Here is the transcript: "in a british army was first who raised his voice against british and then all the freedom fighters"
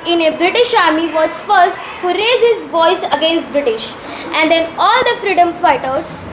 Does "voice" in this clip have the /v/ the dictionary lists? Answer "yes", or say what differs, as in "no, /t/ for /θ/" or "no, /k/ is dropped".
yes